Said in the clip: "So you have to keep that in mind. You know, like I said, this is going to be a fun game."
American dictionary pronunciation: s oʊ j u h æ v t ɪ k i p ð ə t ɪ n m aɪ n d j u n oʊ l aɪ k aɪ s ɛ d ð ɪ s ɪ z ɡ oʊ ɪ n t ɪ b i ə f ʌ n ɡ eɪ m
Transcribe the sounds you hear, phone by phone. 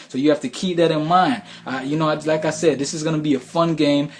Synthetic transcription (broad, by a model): s oʊ j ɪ h æ f t ɪ k i p ð ə t ɪ n m aɪ n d j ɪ n oʊ l aɪ k aɪ s ɛ d ð ɪ s ɪ z ɡ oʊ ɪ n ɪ b i ə f ʌ n ɡ eɪ m